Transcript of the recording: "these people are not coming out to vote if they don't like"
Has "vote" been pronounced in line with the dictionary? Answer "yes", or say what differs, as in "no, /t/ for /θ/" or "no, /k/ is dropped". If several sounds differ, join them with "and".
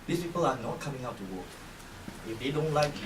no, /w/ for /v/